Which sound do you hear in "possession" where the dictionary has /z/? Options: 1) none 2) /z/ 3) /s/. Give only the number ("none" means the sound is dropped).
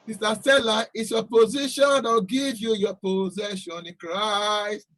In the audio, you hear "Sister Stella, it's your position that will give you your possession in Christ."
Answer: 2